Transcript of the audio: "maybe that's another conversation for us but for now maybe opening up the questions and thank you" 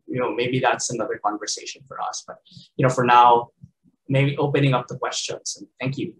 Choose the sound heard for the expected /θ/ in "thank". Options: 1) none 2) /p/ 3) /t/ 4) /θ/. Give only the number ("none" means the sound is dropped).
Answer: 4